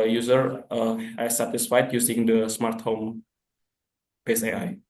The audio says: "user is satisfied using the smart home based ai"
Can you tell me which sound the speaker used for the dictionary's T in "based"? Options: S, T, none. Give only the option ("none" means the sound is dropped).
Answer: none